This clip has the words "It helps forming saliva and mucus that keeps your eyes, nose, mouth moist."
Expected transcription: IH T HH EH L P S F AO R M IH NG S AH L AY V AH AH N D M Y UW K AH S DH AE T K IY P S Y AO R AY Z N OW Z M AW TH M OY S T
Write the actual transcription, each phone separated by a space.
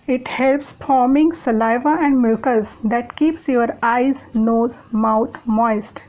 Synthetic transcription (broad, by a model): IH T HH EH L P S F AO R M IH NG S AH L AY V AH AH N D M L K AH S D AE T K IY P S Y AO R AY Z N OW Z M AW T M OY S T